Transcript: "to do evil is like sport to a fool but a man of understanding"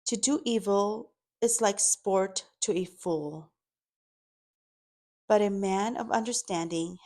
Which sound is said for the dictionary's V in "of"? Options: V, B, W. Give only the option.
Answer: V